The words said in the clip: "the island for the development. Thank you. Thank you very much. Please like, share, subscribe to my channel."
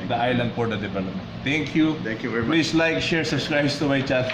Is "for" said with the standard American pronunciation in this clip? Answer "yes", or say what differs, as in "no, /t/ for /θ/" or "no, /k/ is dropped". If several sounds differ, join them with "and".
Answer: no, /p/ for /f/